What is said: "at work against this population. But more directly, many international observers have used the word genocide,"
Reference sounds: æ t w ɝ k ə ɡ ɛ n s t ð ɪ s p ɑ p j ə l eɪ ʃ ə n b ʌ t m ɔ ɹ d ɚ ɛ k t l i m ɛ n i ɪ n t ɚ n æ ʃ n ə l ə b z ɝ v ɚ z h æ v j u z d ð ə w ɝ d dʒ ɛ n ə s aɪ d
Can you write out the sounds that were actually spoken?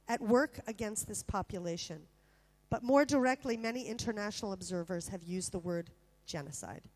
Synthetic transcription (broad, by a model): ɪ t w ɝ k ə ɡ ɛ n s t ð ɪ s p ɑ p j ə l eɪ ʃ ə n b ʌ t m ɔ ɹ d ɚ ɛ k t l i m ɛ n i ɪ n t ɚ n æ ʃ n l ə b z ɝ v ɚ z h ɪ v j u z ð ə w ɝ d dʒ ɛ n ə s aɪ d